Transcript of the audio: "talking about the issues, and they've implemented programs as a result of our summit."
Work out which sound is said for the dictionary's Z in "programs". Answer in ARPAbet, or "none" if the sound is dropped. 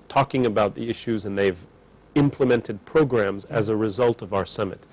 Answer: Z